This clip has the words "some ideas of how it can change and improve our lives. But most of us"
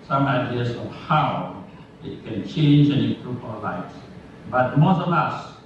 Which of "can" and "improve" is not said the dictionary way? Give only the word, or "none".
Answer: improve